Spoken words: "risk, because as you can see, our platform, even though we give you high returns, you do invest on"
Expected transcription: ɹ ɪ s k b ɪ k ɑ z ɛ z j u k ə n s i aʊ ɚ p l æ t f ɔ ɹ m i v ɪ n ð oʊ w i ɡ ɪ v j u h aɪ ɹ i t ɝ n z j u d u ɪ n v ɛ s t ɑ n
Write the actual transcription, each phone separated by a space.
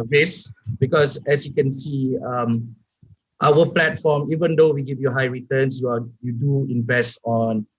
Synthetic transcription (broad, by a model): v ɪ s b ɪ k ɑ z ɛ s j u k ə n s i aʊ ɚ p l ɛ t f ɔ m i v ɪ n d oʊ w i ɡ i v j u h aɪ ɹ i t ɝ n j j u d u ɪ n v ɛ s t ɑ n